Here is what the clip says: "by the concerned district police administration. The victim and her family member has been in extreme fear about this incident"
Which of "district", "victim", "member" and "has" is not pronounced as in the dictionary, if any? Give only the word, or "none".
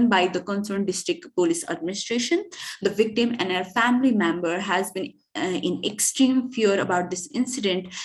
none